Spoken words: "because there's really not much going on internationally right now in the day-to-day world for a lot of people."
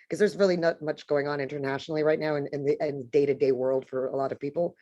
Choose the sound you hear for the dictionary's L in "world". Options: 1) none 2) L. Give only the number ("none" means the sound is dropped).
2